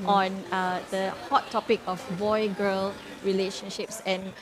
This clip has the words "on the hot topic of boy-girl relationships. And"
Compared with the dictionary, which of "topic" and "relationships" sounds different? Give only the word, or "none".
none